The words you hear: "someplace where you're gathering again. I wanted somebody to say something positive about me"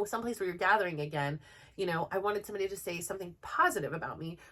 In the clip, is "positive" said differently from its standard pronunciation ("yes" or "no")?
no